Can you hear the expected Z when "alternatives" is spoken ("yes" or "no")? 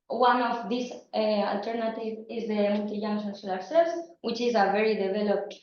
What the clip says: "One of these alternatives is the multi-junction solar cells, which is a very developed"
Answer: no